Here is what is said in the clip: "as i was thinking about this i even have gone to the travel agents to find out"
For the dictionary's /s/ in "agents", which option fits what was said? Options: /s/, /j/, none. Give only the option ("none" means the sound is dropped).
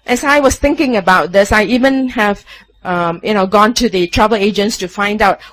/s/